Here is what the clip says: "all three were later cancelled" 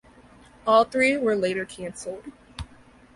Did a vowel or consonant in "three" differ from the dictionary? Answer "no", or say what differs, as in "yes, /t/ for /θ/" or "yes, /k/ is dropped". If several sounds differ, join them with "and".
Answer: no